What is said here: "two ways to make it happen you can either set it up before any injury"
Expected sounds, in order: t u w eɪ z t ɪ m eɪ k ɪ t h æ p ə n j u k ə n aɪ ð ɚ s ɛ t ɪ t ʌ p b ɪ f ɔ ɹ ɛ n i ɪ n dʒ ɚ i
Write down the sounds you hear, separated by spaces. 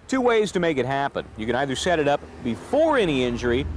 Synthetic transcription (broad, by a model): t u w eɪ z t ɪ m eɪ k ɪ t h æ p ə n j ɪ k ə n aɪ ð ɚ s ɛ t ɪ t ʌ p b ɪ f ɔ ɹ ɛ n i ɪ n dʒ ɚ i